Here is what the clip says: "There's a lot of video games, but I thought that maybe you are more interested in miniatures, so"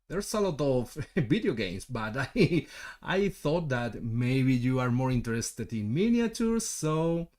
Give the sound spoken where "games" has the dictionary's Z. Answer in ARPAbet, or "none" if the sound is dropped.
S